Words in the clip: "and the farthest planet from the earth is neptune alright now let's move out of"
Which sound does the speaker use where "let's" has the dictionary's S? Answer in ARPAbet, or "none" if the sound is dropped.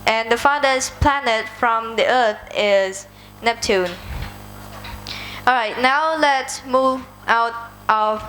S